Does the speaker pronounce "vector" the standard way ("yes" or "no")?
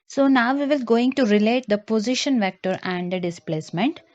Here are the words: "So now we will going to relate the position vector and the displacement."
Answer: yes